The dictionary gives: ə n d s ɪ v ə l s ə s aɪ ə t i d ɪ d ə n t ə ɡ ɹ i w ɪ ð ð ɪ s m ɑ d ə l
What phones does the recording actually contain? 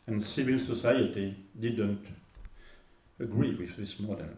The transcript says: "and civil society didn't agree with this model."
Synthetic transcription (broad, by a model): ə n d s ɪ v ə l s ə s aɪ ə t i d ɪ d ə n t ə ɡ ɹ i w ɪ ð ð ɪ s m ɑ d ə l